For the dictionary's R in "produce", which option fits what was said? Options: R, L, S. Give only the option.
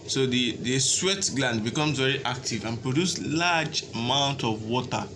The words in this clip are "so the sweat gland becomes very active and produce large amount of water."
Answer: R